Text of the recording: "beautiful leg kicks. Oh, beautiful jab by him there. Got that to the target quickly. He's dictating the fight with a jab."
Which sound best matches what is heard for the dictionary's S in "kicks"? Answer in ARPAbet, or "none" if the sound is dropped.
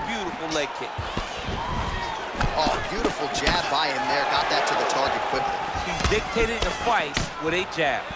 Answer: none